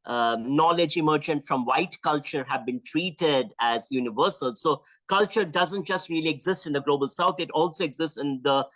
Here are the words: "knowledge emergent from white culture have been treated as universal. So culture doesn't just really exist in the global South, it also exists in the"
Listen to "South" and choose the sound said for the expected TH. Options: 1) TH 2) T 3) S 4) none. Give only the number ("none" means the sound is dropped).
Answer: 2